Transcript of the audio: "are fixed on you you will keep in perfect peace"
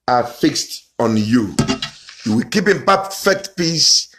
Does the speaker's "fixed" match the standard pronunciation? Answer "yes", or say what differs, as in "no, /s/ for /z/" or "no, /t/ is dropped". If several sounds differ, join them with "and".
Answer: yes